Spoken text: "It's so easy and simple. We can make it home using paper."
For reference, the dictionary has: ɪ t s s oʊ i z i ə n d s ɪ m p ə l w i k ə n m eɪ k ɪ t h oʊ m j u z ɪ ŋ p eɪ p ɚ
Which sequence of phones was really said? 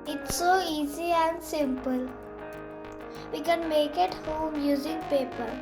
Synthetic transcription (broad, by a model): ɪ t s s oʊ i z i ə n d s ɪ m p ə l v i k ə n m eɪ k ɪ t h oʊ m j u z ɪ ŋ p eɪ p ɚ